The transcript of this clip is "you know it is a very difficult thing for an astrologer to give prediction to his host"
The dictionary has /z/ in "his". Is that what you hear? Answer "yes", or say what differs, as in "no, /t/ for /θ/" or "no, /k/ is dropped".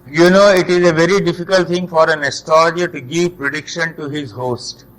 yes